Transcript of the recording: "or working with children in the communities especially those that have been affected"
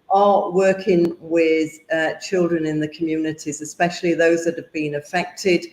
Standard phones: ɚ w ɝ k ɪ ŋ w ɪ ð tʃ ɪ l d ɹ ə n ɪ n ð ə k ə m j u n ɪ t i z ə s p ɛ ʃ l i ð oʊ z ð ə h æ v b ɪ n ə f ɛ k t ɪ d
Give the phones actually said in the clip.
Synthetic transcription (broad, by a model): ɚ w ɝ k ɪ ŋ w ɪ ð tʃ ɪ l d ɹ ə n ɪ n ð ə k ə m j u n ɪ t i z ə s p ɛ ʃ l i ð oʊ z ð ə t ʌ v b ɪ n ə f ɛ k t ɪ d